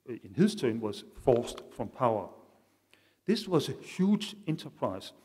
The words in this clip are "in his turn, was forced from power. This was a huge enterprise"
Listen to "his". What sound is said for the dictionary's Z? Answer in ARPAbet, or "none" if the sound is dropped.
S